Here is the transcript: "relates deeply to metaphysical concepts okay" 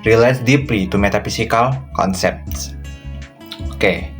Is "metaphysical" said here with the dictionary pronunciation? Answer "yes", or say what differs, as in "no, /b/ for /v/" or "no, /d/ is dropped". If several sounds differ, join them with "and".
no, /s/ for /z/